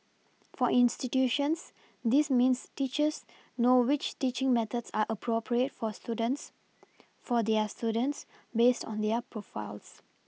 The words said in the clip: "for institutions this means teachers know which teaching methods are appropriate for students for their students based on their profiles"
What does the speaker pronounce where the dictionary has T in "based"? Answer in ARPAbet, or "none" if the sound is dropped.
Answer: T